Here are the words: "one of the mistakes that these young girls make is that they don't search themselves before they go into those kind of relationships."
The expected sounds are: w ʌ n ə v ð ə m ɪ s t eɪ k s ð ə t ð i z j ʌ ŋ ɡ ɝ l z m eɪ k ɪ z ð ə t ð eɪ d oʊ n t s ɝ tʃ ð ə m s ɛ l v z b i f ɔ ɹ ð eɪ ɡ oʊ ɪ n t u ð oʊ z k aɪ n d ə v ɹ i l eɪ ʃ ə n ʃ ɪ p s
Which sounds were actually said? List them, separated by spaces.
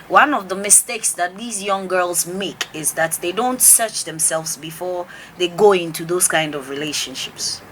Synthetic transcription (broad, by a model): w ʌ n ə v ð ə m ɪ s t eɪ k s ð ə t ð i z j ʌ ŋ ɡ ɝ l z m eɪ k ɪ z ð ə t ð eɪ d oʊ n t s ɝ tʃ ð ə m s ɛ l v z b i f ɔ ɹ ð eɪ ɡ oʊ ɪ n t u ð oʊ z k aɪ n d ə v ɹ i l eɪ ʃ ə n ʃ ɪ p s